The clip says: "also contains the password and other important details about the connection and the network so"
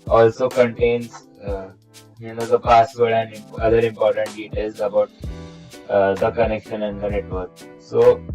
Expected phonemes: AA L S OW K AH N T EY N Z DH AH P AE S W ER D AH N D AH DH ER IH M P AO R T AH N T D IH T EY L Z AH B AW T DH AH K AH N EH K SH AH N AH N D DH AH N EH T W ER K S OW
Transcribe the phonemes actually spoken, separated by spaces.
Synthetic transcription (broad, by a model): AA L S OW K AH N T EY N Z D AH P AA S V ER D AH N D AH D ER IH M P AO R T AH N T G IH T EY Z AH B AW T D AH K AH N EH K SH AH N AH N D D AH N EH T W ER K S OW